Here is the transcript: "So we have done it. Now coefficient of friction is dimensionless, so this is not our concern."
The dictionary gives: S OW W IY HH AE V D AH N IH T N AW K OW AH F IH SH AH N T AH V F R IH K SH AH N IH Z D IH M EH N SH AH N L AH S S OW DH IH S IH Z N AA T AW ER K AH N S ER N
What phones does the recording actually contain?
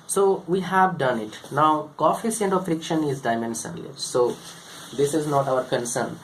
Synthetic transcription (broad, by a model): S OW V IY HH AE V D AH N IH T N AW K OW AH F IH S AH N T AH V F R IH K SH AH N IH Z D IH M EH N S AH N L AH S S OW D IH S IH Z N AA T AW ER K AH N S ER N